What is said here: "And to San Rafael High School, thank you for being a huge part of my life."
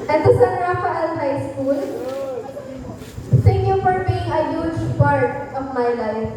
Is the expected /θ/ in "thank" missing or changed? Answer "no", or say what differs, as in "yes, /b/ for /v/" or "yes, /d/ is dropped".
yes, /s/ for /θ/